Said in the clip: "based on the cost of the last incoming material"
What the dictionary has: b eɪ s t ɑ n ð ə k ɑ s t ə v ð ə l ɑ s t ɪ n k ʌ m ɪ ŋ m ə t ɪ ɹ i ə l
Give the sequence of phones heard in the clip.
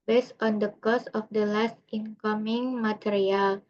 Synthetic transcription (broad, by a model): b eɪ s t ɑ n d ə k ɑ s ə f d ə l ɑ s t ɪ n k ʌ m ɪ ŋ m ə t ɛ ɹ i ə l